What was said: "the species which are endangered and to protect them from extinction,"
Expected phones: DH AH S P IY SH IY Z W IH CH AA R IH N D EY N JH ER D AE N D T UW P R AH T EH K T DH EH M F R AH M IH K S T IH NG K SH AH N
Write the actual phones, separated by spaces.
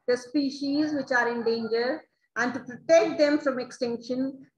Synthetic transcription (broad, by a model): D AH S P IY SH IY Z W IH CH AA R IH N D EY N JH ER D AE N D T UW P R AH T EH K T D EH M F R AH M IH K S T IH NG K SH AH N